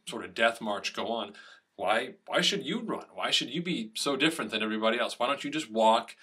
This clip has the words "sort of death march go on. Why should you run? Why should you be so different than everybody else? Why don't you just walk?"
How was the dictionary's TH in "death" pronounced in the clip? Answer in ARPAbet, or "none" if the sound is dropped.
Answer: TH